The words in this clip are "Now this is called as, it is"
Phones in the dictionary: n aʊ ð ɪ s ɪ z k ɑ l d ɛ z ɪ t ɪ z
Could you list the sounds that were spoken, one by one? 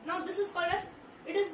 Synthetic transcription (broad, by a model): n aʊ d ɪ s ɪ z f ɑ d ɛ s ɪ t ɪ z